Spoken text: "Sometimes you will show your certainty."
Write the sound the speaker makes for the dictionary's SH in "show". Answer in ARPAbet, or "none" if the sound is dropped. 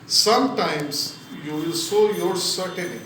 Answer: S